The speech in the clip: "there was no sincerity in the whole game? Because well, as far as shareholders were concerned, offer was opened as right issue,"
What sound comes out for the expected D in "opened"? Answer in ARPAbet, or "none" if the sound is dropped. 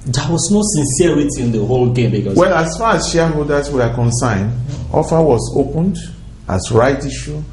D